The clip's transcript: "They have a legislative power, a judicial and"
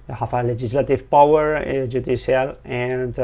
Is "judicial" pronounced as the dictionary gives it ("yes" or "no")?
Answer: no